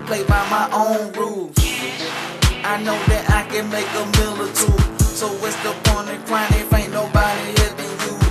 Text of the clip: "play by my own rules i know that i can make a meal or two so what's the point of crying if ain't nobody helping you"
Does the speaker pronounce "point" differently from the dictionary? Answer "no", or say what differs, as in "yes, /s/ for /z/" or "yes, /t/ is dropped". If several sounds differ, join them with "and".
yes, /t/ is dropped